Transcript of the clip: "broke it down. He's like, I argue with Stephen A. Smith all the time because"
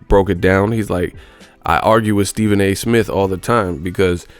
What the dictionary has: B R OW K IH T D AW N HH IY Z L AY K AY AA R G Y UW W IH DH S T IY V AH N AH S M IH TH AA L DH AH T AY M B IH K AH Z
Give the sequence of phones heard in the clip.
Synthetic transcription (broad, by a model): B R OW K IH T D AW N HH IY Z L AY K AY AA R G Y UW W IH DH S T IY V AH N AH S M IH TH AA L DH AH T AY M B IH K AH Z